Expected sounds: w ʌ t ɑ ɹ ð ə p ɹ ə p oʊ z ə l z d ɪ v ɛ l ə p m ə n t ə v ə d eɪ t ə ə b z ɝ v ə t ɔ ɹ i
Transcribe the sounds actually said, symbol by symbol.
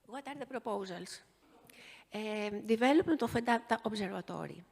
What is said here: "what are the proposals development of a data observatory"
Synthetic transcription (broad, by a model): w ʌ t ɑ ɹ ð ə p ɹ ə p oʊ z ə l s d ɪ v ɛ l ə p ə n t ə f ə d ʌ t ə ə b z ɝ v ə t ɔ ɹ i